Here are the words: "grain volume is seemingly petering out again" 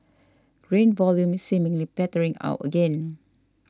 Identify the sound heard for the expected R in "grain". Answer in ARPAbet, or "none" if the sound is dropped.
R